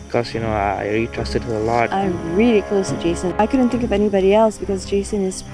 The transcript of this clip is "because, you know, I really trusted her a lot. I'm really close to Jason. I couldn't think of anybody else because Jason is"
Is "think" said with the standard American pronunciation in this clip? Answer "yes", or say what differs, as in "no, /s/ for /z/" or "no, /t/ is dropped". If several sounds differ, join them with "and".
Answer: yes